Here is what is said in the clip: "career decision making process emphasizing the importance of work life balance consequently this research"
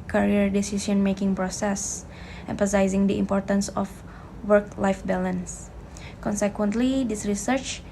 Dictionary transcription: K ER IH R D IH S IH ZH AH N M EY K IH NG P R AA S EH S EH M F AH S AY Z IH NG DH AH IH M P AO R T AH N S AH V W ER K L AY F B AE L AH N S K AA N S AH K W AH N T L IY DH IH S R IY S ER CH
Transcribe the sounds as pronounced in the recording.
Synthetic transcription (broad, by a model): K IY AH R D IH S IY S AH N M EY K IH NG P R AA S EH S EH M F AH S AY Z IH NG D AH IH M P AO R T AH N S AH F W ER K L AY F B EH L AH N S K AA N S AH K W AH N T L IY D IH S R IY S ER CH